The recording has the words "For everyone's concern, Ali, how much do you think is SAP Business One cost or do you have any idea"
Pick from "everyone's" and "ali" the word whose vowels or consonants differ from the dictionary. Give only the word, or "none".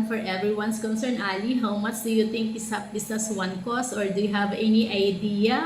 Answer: everyone's